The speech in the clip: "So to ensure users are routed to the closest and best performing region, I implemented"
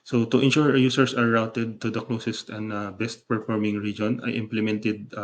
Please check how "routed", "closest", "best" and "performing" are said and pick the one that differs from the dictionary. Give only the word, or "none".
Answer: none